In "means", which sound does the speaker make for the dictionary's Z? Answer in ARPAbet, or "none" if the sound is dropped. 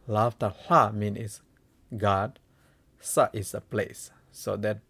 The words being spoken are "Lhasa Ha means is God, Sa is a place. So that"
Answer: none